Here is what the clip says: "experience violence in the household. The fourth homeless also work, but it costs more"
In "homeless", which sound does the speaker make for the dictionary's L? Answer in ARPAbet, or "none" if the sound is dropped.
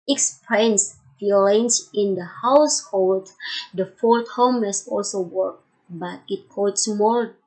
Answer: none